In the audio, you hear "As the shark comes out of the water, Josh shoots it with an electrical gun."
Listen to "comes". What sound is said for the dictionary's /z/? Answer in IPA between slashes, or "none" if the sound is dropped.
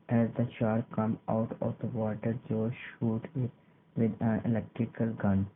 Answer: none